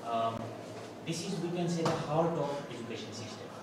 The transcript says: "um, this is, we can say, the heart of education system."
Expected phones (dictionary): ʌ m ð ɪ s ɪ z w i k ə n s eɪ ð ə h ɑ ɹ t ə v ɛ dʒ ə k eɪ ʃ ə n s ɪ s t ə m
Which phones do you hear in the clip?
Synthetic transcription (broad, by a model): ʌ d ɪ s ɪ z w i k ə n s eɪ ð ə h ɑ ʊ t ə p ɛ dʒ ə k eɪ ʃ ə n s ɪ s t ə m